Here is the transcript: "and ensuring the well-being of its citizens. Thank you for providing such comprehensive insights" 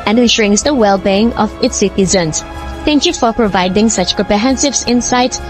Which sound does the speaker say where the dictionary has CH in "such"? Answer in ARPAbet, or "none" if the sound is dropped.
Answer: CH